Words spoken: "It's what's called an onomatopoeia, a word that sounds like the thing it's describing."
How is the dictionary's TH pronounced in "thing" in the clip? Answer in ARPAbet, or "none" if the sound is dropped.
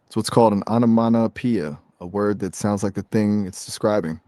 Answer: TH